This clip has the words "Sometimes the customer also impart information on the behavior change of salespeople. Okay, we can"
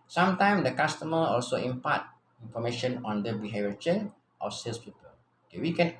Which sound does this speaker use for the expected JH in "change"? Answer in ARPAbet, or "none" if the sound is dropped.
none